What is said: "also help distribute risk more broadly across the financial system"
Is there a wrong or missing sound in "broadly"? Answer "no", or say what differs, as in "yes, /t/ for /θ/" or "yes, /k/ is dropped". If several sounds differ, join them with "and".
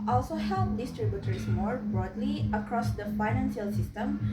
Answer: no